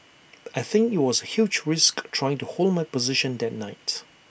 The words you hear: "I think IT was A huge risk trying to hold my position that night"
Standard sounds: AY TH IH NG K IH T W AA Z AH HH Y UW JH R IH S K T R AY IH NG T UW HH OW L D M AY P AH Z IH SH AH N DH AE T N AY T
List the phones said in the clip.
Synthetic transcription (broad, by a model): AY TH IH NG K IH T W AA Z AH HH Y UW JH R IH S K T R AY IH NG T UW HH OW L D M AY P AH Z IH SH AH N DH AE T N AY T